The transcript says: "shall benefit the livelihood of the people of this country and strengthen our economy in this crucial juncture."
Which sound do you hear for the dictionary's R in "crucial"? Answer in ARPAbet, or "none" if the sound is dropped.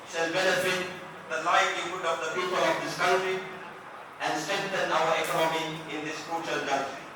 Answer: none